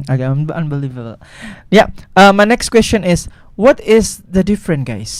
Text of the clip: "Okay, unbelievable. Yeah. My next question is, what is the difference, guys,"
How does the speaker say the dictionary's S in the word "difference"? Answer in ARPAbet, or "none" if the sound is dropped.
none